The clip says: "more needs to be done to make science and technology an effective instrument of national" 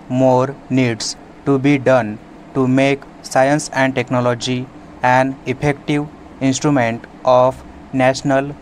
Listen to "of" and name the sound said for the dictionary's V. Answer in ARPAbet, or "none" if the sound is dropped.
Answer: P